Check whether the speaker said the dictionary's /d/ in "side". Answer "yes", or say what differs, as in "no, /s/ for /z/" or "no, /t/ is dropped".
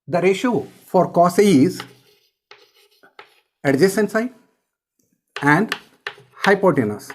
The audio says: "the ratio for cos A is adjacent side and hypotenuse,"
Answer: no, /d/ is dropped